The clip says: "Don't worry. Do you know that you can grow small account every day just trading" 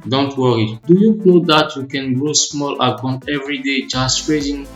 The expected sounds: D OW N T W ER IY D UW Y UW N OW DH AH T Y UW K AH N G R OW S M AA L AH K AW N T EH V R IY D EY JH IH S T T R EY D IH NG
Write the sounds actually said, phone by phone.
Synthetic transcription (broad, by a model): D OW N T W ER IY D UW Y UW L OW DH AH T Y UW K AH N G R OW S M AA L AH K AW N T EH V R IY D EY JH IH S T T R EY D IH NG